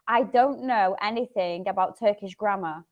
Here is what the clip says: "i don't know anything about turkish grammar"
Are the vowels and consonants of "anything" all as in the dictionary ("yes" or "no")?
yes